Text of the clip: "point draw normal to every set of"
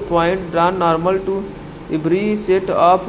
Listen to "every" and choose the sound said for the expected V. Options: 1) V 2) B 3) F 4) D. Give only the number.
2